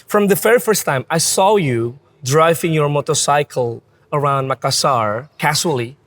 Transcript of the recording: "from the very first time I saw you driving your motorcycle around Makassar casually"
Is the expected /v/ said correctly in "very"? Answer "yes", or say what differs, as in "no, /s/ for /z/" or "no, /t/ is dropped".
no, /f/ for /v/